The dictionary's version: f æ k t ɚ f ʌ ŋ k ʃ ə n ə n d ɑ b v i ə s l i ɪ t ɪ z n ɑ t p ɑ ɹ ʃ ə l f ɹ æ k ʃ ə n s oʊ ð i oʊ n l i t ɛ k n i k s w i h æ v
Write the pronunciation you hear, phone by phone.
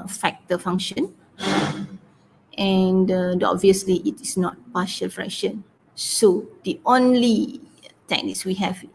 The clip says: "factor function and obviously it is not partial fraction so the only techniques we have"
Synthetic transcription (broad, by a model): f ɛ k t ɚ f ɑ ŋ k ʃ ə n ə n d ɑ b v i ə s l i ɪ t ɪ s n ɑ t p ɑ ʃ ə l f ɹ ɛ k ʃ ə n s oʊ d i oʊ n l i t ɛ k n i k s w i h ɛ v